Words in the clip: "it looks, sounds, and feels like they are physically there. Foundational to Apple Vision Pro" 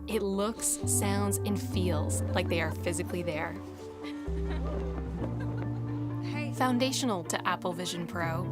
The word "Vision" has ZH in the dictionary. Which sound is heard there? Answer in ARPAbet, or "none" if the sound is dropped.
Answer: ZH